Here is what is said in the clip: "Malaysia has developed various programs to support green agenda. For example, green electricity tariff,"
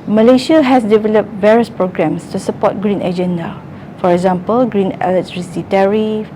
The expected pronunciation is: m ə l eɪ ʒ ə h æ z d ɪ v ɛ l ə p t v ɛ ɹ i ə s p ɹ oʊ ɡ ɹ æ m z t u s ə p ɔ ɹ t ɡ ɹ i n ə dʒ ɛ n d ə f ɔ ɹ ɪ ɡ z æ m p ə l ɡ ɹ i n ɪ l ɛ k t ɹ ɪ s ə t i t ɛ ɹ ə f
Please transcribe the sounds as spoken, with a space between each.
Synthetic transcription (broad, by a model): m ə l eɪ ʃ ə h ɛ s d ɪ v ɛ l ə p t v ɛ ɹ i ə s p ɹ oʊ ɡ ɹ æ m s t u s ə p ɔ t ɡ ɹ i n ə dʒ ɛ n d ə f ɔ ɹ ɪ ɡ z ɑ m p ə l ɡ ɹ i n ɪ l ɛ t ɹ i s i t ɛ ɹ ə f